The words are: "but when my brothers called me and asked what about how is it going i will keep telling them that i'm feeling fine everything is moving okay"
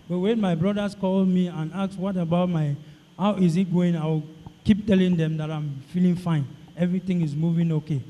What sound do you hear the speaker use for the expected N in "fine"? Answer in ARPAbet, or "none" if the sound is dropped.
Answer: N